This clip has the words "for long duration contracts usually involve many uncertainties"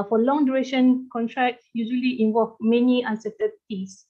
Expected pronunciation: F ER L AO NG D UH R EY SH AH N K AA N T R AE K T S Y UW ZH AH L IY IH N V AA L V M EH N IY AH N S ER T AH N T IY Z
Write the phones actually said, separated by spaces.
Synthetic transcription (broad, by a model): F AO L AO NG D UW R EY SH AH N K AA N T R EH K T Y UW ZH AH L IY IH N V AA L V M EH N IY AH N S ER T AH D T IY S